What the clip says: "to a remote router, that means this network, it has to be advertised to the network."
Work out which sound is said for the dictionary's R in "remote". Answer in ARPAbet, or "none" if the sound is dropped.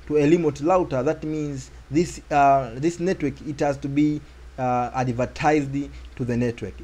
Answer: L